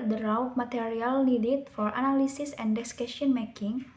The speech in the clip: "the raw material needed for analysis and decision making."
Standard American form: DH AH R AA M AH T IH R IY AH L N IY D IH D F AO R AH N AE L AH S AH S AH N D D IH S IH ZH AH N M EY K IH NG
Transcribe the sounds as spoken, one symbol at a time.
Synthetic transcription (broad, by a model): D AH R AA M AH T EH R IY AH L N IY D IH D F AO R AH N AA L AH S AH S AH N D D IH S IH S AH N M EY K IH NG